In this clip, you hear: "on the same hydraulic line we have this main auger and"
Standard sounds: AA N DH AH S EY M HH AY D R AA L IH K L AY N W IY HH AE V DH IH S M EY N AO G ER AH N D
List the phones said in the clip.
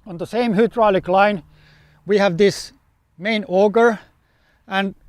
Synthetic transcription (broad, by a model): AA N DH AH S EY M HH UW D R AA L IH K L AY N W IY HH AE V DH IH S M EY N AO G ER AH N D